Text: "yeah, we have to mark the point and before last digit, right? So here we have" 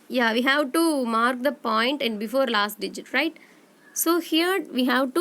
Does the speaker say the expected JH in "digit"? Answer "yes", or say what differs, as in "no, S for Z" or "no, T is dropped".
yes